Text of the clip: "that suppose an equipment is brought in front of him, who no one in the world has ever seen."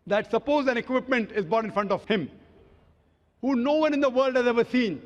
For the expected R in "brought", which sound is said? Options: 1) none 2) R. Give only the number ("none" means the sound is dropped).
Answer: 1